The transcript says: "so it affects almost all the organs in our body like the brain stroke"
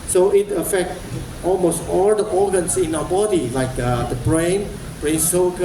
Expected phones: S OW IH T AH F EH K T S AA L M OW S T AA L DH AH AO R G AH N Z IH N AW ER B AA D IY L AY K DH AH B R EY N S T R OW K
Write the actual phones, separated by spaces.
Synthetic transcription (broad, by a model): S OW IH T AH F EH K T AA L M OW S T AA L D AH AO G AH N S IH N AW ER B AA D IY L AY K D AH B R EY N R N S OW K